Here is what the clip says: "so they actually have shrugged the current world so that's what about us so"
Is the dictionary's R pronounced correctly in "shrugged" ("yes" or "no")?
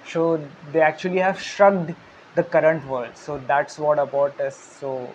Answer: yes